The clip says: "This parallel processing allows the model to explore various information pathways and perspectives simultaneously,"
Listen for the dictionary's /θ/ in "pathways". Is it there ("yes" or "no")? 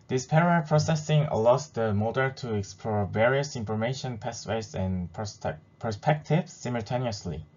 no